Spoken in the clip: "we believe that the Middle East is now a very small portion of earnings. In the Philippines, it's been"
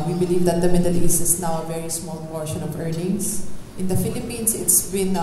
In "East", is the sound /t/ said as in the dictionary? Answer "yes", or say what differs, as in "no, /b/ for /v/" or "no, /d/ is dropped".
no, /t/ is dropped